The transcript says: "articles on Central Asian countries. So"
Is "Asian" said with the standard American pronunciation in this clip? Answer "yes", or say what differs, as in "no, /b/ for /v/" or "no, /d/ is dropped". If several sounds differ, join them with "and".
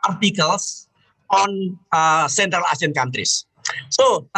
no, /s/ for /ʒ/